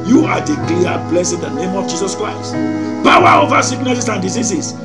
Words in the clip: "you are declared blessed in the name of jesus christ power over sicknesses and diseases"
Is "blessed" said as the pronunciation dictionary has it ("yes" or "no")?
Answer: no